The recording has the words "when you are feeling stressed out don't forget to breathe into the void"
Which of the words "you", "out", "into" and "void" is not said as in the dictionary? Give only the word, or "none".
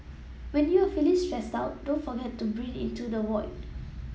void